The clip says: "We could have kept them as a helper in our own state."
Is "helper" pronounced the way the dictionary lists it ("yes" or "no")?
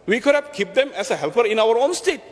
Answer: no